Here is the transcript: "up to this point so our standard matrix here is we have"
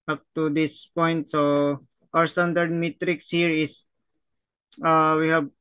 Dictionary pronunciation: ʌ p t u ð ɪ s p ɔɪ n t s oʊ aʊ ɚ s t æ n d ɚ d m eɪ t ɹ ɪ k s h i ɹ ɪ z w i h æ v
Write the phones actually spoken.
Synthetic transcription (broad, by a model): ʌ p t u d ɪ s p ɔɪ n t s oʊ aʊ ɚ s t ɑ n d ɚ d m eɪ t ɹ ɪ k s h i ɹ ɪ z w i h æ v